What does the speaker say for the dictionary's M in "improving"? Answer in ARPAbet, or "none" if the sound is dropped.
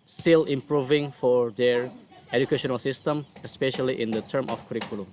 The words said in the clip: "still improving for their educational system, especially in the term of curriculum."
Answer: M